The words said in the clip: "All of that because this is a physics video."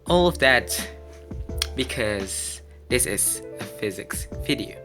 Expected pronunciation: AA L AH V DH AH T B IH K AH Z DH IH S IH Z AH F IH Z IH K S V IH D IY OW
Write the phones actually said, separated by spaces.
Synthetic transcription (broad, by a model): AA L AH V DH AH T B IH K AH Z DH IH S IH Z AH F IH Z IH K S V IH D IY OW